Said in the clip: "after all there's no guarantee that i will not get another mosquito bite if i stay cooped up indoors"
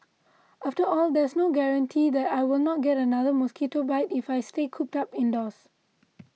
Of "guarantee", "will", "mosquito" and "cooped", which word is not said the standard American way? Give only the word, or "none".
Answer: none